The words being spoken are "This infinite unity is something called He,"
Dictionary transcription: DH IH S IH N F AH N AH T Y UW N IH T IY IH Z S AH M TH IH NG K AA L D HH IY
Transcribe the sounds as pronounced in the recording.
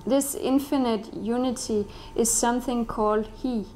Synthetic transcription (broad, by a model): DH IH S IH N F AH N AH T Y UW N IH T IY IH Z S AH M TH IH NG K AA L D HH IY